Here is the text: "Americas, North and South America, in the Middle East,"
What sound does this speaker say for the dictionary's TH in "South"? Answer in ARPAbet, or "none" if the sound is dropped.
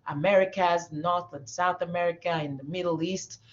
TH